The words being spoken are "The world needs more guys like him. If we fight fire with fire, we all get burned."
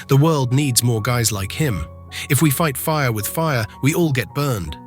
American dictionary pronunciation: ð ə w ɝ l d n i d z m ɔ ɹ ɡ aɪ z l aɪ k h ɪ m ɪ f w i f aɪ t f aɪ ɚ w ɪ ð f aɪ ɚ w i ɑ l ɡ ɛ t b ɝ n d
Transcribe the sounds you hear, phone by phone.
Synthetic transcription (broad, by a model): ð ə w ɝ l d n i d z m ɔ ɹ ɡ aɪ z l aɪ k h ɪ m ɪ f w i f aɪ t f aɪ ɚ w ɪ ð f aɪ ɚ w i ɑ l ɡ ɛ t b ɝ n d